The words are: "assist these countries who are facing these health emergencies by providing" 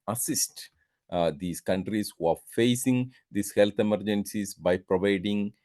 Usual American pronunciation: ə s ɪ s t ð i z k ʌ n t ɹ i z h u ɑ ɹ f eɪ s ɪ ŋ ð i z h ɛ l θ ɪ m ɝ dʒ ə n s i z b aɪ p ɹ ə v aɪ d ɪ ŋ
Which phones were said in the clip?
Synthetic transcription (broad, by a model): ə s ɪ s t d i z k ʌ n t ɹ i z h u ɑ ɹ f eɪ s ɪ ŋ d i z h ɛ l t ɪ m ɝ dʒ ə n s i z b aɪ p ɹ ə v aɪ d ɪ ŋ